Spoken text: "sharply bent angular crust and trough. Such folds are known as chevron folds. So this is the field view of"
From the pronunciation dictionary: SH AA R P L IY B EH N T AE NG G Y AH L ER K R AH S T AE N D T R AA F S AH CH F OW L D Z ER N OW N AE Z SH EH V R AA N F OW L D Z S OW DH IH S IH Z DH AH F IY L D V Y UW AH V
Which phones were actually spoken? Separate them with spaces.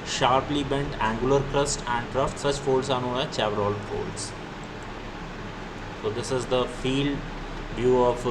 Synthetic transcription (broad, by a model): SH AA R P L IY B EH N T AE NG G Y AH L ER K R AH S T AE N D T R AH F S AH CH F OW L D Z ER N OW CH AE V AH R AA L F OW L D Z S OW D IH S IH Z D AH F IY L D V Y UW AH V